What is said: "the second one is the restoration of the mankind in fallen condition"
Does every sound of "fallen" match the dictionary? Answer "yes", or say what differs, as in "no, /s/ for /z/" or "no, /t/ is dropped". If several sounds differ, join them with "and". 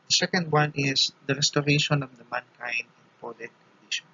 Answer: no, /p/ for /f/